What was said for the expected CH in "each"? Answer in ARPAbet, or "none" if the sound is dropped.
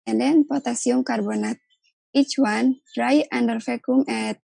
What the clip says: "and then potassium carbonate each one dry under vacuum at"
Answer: CH